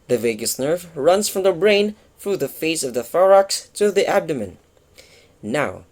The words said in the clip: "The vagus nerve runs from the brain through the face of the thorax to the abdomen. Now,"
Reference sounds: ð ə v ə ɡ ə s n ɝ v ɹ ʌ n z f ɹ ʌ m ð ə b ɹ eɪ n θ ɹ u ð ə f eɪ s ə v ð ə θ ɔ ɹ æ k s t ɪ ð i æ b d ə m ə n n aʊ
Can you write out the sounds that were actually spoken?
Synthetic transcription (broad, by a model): ð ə v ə ɡ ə s n ɝ v ɹ ʌ n z f ɹ ʌ m ð ə b ɹ eɪ n θ ɹ u ð ə f eɪ s ə v ð ə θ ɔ ɹ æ k s t ɪ ð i æ b d ə m ə n n aʊ